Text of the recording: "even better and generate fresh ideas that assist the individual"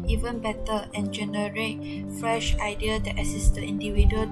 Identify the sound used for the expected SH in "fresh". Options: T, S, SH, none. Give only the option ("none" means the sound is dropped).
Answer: SH